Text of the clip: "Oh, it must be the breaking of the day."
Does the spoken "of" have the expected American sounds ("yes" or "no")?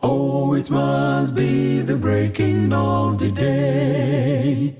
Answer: yes